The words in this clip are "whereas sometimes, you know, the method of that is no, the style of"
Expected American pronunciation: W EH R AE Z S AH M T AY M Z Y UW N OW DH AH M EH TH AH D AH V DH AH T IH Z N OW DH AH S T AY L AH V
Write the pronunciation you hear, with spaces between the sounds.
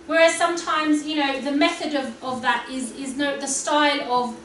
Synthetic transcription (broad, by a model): W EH R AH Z S AH M T AY M Z Y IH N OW DH AH M EH TH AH D AH V DH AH T IH Z N OW DH AH S T AY L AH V